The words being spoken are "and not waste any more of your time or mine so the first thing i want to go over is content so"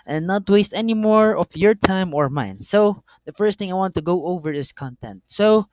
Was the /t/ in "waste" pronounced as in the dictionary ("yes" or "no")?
yes